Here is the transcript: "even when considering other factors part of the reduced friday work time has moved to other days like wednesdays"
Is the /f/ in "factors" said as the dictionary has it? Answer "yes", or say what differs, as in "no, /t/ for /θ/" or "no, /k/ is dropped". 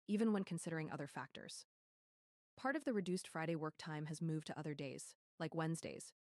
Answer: yes